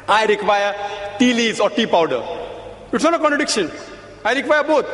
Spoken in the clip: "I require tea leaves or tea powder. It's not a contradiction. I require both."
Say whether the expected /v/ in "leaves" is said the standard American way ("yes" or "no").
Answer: no